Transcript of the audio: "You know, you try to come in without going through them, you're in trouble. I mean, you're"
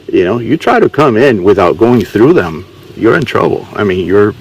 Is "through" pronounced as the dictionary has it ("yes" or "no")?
yes